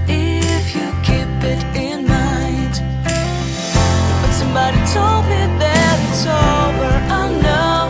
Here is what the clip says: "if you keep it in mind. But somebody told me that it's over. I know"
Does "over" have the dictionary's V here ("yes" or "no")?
no